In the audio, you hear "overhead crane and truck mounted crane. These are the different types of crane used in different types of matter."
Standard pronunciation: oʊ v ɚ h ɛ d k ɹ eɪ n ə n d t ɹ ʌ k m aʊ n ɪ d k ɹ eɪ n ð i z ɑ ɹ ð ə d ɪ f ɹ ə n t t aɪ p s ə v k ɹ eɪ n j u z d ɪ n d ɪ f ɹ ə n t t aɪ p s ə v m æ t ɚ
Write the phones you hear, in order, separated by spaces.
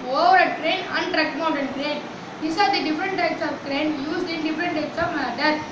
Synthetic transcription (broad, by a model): oʊ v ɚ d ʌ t ɹ eɪ n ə n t ɹ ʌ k m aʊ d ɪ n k ɹ eɪ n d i s ɑ ɹ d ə d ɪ f ɹ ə n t t aɪ p s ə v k ɹ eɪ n j u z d ɪ n d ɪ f ɹ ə n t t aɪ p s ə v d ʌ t